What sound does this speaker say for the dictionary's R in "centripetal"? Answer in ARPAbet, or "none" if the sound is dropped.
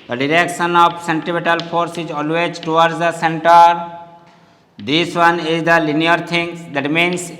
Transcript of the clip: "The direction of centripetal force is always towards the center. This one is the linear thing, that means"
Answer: none